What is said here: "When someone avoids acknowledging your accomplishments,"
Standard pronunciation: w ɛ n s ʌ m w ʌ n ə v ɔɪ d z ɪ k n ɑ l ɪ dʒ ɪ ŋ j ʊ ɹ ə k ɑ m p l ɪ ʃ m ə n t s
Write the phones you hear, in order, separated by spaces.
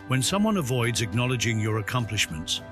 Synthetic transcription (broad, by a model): w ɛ n s ʌ m w ʌ n ə v ɔɪ d z ɪ k n ɑ l ɪ dʒ ɪ ŋ j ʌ ɹ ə k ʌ m p l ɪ ʃ m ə n t s